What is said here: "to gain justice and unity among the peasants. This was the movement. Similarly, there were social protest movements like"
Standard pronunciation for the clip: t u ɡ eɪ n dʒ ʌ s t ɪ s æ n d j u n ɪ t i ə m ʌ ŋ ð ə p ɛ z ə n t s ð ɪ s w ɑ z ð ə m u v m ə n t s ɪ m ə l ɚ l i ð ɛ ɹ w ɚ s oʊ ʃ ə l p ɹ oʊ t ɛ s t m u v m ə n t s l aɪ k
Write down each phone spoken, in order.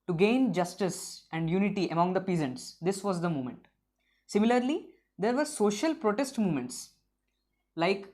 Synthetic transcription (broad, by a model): t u ɡ eɪ n dʒ ʌ s t ɪ s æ n d j u n ɪ t i ə m ʌ ŋ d ə p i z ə n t s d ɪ s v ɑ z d ə m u m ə n t s ɪ m ə l ɚ l i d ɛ ɹ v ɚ s oʊ ʃ ə l p ɹ oʊ t ɛ s t m u m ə n t s l aɪ k